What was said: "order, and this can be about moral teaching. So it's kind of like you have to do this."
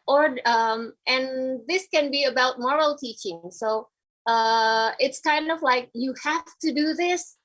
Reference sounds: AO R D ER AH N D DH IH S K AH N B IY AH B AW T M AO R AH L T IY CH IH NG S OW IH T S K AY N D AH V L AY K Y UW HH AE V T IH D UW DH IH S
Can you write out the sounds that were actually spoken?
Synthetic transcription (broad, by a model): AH R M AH N DH IH S K AH N B IY AH B AW T M AO R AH L T IY CH IH NG S OW IH T S K AY N D AH V L AY K Y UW HH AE F T IH D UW DH IH S